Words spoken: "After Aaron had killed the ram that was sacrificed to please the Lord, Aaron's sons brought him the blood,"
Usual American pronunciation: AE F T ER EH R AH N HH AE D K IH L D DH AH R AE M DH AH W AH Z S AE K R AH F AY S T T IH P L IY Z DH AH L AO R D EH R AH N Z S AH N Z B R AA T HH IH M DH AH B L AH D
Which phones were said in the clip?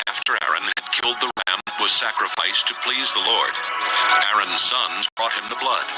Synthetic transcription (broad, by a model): AE F T ER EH R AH N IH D K IH L D DH AH R AE M W AH Z S AE K R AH F AY S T T IH P L IY Z DH AH L AO R D EH R AH N Z S AH N Z B R AA T HH IH M DH AH B L AH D